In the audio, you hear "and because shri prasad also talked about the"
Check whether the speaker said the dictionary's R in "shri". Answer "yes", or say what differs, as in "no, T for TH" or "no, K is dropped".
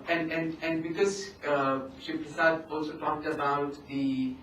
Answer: no, R is dropped